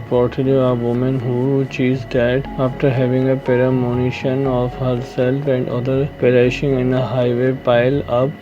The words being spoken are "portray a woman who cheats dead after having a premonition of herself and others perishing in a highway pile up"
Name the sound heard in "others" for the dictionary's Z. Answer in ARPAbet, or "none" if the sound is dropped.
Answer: none